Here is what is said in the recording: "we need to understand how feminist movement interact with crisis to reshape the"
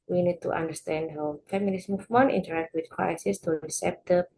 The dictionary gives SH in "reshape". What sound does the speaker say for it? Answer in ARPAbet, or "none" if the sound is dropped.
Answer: S